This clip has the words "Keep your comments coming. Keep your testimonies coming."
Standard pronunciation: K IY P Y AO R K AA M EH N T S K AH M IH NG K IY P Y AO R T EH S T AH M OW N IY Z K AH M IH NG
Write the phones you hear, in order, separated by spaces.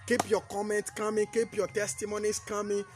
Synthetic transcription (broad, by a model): K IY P Y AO K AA M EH N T K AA M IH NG K IY P Y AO T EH S T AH M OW N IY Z K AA M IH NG